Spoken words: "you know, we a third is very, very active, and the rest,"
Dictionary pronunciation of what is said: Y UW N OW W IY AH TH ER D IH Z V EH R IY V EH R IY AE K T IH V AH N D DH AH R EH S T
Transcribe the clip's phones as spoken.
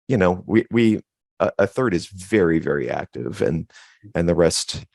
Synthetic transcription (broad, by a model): Y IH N OW W IY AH TH ER D IH Z V EH R IY V EH R IY AE K T IH V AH N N DH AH R EH S T